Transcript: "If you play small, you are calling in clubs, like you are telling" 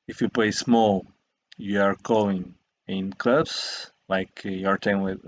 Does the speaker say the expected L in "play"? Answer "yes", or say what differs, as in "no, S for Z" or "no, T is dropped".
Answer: yes